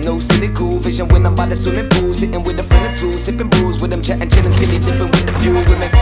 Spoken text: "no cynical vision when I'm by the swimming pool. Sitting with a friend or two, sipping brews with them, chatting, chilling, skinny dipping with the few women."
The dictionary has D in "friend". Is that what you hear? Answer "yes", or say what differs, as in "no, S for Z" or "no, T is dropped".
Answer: no, D is dropped